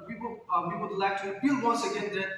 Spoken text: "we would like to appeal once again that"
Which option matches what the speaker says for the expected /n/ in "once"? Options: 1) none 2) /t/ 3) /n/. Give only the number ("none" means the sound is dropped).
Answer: 1